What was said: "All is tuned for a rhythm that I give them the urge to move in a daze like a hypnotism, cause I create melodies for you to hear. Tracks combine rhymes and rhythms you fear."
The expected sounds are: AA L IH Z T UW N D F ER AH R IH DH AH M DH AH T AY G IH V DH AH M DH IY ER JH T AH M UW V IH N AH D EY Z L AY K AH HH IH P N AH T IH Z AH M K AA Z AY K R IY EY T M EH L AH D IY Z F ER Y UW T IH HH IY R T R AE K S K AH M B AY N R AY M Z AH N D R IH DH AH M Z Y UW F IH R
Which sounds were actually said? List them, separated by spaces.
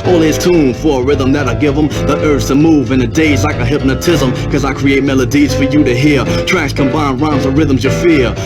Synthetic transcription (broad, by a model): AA L IH Z T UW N F ER AH R IH DH AH M DH AH T AY G IH V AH M DH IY ER Z T AH M UW V IH N AH D EY Z L AY K AH HH IH P N AH T IH Z AH M K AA Z AY K R IY EY T M EH L AH D IY Z F ER Y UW T IH HH IY R T R AE K S K AH M B AY N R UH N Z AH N R IH DH AH M Z Y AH F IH R